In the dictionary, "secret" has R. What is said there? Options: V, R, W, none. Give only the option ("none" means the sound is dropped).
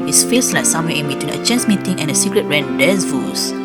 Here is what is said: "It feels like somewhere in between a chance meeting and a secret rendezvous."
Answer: R